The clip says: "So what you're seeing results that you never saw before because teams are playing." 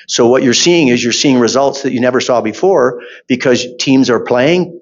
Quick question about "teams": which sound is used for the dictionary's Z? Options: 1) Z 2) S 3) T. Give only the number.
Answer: 1